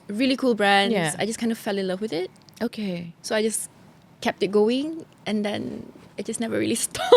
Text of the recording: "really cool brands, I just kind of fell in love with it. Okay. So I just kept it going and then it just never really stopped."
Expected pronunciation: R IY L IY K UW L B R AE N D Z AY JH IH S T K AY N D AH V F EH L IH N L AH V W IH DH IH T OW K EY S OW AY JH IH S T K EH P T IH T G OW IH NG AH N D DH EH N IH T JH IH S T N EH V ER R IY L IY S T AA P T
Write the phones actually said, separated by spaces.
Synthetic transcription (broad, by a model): R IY L IY K UW L B R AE N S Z AY JH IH S K AY N D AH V F EH L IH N L AH V W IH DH IH T OW K EY S OW AY JH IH S K EH P T IH T G OW IH NG AH N D EH N IH T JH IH S N EH V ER R IY L IY S T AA